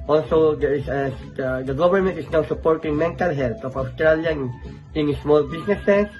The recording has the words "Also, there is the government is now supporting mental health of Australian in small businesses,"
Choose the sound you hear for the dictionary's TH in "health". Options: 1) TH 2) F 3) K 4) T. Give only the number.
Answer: 4